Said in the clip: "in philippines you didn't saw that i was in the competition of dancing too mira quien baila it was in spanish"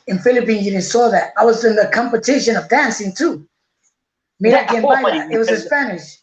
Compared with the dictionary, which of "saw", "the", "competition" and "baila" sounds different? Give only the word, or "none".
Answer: baila